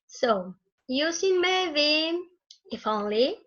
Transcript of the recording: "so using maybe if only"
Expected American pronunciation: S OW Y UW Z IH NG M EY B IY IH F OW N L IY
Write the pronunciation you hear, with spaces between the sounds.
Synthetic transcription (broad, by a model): S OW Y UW S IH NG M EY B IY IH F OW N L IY